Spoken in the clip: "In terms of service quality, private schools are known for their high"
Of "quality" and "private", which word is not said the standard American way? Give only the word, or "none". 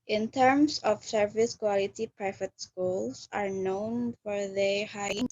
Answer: none